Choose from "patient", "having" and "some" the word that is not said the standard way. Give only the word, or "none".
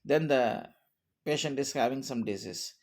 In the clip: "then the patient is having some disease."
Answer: none